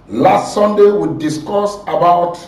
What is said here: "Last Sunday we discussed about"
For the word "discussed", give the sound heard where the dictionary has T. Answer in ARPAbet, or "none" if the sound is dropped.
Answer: none